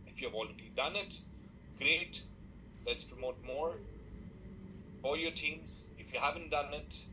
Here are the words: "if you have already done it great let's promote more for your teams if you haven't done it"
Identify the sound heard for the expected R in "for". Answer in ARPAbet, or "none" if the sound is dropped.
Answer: L